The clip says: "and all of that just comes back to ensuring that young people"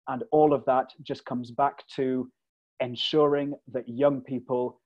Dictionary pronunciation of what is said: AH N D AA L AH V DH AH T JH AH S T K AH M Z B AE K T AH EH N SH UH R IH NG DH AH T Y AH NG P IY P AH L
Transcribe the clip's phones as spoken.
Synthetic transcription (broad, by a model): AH N AA L AH V DH AH T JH AH S K AH M Z B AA K T AH EH N SH UH R IH NG DH AH T Y AH NG P IY P AH L